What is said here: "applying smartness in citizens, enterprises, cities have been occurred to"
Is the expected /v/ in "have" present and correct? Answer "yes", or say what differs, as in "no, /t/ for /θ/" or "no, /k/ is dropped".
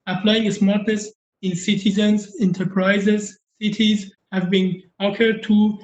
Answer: yes